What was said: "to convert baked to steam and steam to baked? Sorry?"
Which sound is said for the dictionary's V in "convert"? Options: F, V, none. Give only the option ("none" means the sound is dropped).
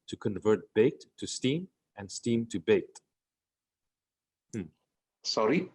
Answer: V